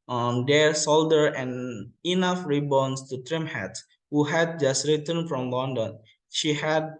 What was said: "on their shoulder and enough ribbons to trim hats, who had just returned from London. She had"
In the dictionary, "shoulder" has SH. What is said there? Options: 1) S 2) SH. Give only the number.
1